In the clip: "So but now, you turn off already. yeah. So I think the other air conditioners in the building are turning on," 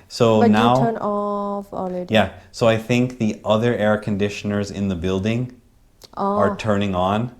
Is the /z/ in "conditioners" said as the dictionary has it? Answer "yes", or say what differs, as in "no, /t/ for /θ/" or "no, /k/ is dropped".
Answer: yes